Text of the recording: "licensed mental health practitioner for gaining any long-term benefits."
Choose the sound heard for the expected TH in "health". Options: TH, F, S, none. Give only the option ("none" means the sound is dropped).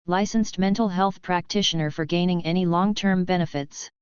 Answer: TH